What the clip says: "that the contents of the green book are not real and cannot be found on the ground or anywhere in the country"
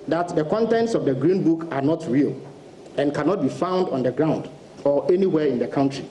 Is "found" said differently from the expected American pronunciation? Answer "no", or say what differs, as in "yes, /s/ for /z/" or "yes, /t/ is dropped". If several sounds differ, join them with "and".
no